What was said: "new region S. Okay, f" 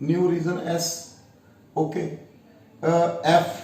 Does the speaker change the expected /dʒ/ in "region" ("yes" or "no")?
yes